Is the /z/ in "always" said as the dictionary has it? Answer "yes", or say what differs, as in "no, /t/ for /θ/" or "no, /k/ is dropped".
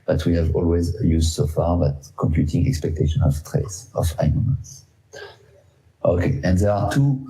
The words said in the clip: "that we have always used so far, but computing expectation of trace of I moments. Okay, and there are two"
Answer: yes